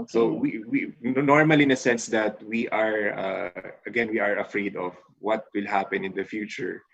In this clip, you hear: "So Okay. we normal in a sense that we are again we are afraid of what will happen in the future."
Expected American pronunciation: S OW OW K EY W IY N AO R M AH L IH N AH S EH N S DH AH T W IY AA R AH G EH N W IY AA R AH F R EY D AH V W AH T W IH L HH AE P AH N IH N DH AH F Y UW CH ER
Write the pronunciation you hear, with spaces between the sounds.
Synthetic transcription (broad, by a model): S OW OW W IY W IY N AO R M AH L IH N AH S EH N S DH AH T W IY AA R AH G EH N W IY AA R AH F R EY D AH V W AH T W IH L HH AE P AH N IH N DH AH F Y UW CH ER